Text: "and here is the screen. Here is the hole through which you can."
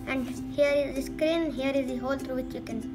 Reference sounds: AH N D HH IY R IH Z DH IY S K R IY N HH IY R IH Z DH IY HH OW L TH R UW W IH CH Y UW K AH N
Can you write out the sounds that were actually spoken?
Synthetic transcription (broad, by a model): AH N D HH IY R IH Z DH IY S K R IY N HH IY R IH Z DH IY HH OW L T R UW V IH CH Y UW K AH N